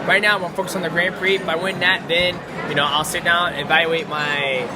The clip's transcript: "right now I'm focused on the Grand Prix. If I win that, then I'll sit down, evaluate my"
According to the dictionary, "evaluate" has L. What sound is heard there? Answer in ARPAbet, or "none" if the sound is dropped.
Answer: none